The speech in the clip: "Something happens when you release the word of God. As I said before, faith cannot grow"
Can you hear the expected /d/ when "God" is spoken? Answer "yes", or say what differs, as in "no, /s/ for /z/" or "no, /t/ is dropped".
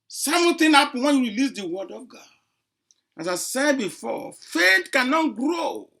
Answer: no, /d/ is dropped